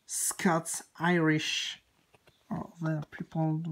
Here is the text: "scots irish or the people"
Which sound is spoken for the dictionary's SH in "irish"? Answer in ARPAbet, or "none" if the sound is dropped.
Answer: SH